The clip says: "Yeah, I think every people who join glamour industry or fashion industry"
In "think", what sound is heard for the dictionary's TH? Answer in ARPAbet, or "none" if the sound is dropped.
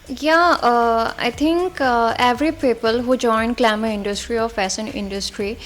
T